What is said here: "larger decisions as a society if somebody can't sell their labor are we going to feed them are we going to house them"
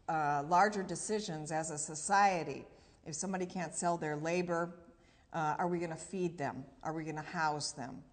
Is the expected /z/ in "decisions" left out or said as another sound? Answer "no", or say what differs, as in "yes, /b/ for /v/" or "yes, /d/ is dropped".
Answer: no